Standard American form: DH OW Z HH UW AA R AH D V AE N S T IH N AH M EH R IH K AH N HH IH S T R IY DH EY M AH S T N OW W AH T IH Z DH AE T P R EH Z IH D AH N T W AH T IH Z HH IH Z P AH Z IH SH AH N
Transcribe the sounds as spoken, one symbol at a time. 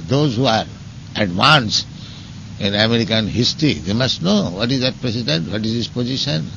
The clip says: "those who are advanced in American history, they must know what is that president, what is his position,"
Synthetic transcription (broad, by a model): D OW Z HH UW AA R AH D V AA N S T IH N AH M EH R IH K AH N HH IH S T R IY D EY M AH S T N OW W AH T IH Z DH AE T P R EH S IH D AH N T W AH T IH Z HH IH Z P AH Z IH SH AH N